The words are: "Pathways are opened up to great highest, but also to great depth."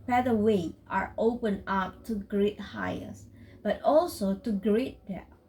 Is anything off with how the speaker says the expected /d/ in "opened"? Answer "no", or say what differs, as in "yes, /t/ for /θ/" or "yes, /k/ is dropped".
yes, /d/ is dropped